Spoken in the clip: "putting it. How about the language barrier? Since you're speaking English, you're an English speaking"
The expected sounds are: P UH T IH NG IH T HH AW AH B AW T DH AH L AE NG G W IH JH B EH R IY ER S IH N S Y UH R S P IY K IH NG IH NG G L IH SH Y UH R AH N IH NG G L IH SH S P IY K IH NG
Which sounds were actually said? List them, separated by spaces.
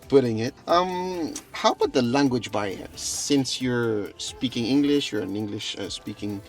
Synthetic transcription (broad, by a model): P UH T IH NG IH T HH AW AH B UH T DH AH L AE NG G W IH JH B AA IY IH S IH N S Y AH R S P IY K IH NG IH NG G L IH SH Y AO R AH N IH NG G L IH SH S P IY K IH NG